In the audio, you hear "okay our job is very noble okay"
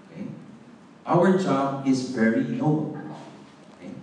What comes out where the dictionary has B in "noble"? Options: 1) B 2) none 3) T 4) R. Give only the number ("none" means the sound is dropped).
2